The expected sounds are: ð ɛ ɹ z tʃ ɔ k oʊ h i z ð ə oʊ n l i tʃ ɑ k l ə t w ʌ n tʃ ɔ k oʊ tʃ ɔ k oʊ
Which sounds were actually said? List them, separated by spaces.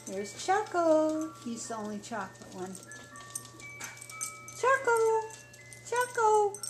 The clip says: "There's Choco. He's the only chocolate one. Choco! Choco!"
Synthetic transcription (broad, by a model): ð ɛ ɹ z tʃ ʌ k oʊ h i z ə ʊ n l i tʃ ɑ k ə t w ʌ n tʃ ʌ k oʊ tʃ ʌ k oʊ